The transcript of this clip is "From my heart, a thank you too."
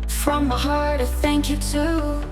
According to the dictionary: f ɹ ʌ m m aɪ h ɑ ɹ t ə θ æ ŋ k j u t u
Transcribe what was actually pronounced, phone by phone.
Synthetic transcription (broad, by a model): f ɹ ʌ m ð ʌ h ɑ ɹ t ə θ æ ŋ k j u t u